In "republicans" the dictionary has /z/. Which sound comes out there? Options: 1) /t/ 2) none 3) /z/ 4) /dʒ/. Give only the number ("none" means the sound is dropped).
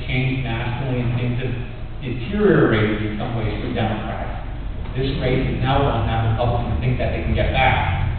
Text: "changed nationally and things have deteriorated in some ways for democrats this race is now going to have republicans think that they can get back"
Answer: 2